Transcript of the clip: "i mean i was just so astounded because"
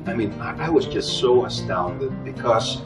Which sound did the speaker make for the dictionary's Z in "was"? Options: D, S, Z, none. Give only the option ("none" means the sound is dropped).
Z